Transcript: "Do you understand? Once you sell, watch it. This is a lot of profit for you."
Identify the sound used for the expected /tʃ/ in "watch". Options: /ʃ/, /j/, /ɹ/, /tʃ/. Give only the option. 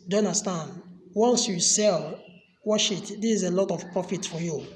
/ʃ/